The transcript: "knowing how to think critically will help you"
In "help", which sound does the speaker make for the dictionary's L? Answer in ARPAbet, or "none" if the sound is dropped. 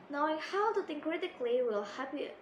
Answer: none